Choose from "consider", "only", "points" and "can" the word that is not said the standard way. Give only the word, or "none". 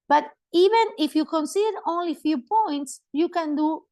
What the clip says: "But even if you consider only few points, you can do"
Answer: none